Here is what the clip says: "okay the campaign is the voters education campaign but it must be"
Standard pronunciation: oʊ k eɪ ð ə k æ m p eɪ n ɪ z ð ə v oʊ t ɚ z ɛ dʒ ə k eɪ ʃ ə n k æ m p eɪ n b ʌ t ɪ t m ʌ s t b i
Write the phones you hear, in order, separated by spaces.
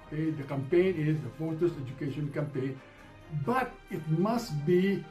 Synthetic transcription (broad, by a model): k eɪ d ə k æ m p eɪ n ɪ z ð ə f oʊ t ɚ s ɛ dʒ ə k eɪ ʃ ə n k æ m p eɪ n b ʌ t ɪ t m ʌ s t b i